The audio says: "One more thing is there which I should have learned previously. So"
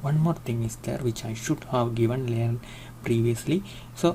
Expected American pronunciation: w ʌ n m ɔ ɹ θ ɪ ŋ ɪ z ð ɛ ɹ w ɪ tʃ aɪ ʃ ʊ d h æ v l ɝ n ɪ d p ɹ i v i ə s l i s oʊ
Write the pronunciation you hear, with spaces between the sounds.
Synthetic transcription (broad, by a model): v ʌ n m ɔ ɹ t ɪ ŋ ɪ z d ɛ ɹ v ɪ tʃ aɪ ʃ ʊ d h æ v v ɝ n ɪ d p ɹ i v i ə s l i s oʊ